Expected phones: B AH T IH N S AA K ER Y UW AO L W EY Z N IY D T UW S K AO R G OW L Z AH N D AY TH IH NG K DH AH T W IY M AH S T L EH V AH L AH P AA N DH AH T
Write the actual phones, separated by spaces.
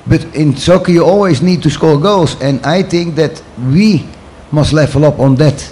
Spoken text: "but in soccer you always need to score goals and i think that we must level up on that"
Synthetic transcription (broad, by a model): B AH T IH N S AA K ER Y UW AO L W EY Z N IY D T UW S K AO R G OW L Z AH N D AY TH IH NG K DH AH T W IY M AH S T L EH F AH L AH P AA N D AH T